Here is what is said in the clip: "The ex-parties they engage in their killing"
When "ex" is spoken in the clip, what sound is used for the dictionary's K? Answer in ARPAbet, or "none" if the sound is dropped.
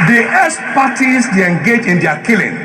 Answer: none